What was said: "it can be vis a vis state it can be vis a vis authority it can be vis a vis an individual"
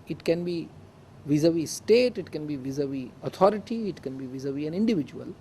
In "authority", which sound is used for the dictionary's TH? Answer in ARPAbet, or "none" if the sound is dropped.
T